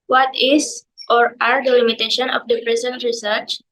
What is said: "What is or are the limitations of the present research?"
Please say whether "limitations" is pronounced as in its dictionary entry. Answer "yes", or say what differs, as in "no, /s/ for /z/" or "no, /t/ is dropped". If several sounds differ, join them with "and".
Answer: no, /z/ is dropped